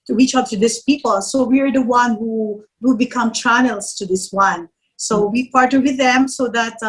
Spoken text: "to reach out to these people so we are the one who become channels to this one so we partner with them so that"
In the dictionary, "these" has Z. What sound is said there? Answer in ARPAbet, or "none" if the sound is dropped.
S